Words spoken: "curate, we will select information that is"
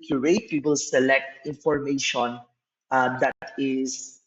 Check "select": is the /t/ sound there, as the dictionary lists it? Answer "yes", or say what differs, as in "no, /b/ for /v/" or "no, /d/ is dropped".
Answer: yes